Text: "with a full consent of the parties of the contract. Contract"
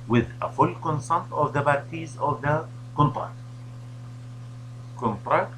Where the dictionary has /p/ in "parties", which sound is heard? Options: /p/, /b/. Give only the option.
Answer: /b/